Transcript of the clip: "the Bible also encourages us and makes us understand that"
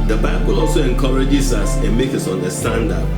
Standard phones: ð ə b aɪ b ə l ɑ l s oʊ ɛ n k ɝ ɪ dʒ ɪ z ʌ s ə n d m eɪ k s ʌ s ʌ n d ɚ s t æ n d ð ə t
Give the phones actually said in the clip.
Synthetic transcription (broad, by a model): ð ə b aɪ b ə l ɑ l s oʊ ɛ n k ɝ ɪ dʒ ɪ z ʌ s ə n m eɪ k ʌ s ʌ n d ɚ s t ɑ n d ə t